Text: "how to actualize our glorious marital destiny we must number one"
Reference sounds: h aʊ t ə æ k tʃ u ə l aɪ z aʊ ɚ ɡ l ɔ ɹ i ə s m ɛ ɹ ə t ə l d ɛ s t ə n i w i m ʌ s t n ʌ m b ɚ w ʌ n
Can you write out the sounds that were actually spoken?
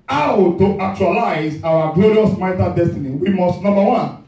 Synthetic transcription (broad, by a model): aʊ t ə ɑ k tʃ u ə l aɪ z aʊ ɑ ɡ l ɔ ɹ i ə s m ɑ ə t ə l d ɛ s t ə n i w i m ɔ s t n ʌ m b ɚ w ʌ n